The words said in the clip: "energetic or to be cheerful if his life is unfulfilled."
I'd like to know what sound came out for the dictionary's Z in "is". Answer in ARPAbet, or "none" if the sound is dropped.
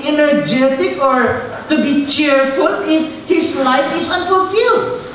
S